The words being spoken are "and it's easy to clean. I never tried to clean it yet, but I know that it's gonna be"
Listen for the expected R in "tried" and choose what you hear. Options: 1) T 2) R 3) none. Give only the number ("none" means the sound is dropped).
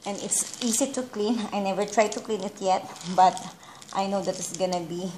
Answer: 2